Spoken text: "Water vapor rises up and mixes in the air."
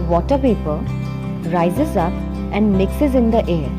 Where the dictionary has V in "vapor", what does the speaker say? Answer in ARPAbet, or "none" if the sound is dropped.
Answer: P